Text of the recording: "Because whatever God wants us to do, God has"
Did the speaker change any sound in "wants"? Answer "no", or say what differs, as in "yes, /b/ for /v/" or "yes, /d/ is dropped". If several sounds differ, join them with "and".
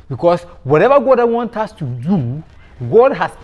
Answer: yes, /s/ is dropped